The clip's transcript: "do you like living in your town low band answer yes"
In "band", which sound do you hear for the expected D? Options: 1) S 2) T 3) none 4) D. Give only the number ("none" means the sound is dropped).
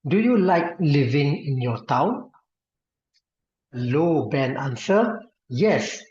3